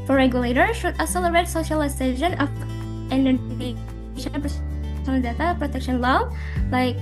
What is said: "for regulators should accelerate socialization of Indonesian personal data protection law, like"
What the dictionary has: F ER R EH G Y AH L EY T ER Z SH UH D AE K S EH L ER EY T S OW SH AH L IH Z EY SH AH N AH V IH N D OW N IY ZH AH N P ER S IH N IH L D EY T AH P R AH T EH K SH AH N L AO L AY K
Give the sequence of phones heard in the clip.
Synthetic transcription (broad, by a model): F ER R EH G Y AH L EY T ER SH UH D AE S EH L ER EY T S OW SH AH L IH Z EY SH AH N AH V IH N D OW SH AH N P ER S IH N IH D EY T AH P R AH T EH K SH AH N L AO L AY K